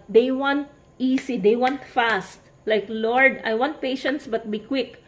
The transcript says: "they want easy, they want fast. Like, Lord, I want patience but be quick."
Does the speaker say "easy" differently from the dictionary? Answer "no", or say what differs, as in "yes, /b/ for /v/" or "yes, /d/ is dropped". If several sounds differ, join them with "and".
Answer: yes, /s/ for /z/